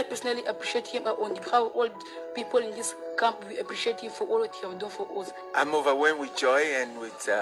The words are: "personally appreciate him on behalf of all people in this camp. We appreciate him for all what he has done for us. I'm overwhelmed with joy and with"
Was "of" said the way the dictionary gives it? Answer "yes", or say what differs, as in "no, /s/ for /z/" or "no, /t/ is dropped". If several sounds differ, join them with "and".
no, /w/ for /v/